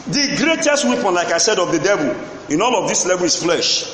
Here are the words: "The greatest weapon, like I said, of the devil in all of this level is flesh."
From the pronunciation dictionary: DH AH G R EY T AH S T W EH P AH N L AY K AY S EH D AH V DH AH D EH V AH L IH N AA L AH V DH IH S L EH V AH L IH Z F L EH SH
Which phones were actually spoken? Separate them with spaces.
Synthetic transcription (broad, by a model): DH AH G R EY T AH S T W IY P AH N L AY K AY S EH D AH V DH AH D EH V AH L IH N AA L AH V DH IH S L EH V AH L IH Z F L EH SH